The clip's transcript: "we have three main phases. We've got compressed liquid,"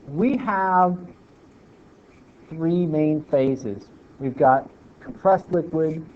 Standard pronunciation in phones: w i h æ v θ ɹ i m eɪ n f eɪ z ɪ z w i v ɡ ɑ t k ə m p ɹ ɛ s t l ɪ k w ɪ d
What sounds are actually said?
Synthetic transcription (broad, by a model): w i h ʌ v θ ɹ i m eɪ n f eɪ z ɪ z w i v ɡ ɑ t k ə m p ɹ ɛ s t l ɪ k w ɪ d